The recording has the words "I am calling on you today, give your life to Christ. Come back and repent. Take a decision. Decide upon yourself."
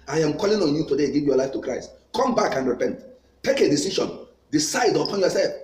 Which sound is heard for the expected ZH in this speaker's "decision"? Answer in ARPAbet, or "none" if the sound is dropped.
SH